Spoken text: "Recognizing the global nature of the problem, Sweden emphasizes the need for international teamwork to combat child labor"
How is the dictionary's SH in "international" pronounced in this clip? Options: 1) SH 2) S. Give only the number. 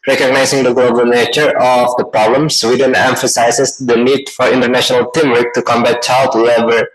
1